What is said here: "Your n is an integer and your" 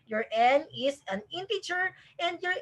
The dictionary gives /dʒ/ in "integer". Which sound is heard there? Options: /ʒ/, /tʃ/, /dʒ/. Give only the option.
/tʃ/